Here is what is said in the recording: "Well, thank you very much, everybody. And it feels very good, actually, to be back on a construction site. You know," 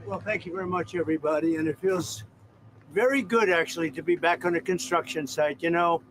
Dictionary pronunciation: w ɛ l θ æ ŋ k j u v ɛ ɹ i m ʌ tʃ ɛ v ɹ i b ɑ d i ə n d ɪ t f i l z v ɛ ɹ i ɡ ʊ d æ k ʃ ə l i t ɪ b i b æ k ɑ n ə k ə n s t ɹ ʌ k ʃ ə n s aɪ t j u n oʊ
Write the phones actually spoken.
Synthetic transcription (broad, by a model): w ɛ l θ æ ŋ k j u v ɛ ɹ i m ʌ tʃ ɛ v ɹ i b ɑ d i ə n ɪ t f i l z v ɛ ɹ i ɡ ʊ d æ k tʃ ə l i t ɪ b i b æ k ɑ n ə k ə n s t ɹ ʌ k ʃ ə n s aɪ t j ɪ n oʊ